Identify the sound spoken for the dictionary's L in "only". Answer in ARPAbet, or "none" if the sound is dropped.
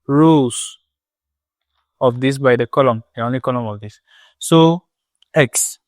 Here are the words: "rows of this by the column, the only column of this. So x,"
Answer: L